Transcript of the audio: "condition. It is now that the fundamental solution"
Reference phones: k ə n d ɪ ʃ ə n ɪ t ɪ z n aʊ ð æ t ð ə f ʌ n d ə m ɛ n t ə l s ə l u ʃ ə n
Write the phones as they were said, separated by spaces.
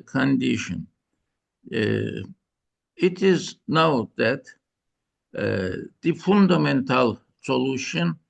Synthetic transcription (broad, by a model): k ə n d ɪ ʃ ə n ɪ t ɪ z n aʊ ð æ t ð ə f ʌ n d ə m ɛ n t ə l s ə l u ʃ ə n